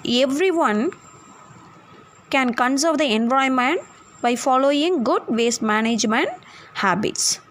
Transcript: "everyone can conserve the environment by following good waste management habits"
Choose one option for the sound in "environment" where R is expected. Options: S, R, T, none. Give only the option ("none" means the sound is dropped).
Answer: none